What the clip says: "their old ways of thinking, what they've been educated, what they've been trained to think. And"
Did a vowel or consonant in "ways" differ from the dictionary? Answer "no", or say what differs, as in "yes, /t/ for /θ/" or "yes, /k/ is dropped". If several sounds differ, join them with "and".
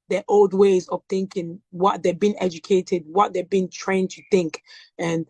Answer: no